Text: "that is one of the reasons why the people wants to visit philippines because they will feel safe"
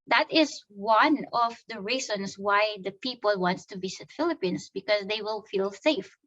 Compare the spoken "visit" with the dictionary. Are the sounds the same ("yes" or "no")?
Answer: no